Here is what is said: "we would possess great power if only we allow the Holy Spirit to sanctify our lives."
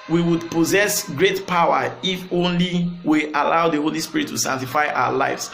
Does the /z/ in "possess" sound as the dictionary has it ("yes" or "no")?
yes